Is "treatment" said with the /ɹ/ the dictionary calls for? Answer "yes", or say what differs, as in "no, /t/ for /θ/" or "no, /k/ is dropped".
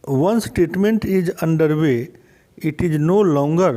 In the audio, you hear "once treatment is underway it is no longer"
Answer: no, /ɹ/ is dropped